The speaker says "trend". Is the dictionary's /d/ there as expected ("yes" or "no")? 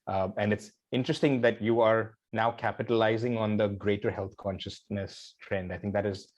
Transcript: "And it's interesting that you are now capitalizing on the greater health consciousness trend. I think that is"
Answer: yes